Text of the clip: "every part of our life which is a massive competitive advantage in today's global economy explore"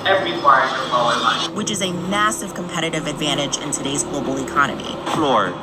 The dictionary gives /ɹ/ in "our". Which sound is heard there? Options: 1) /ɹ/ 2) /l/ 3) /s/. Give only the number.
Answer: 2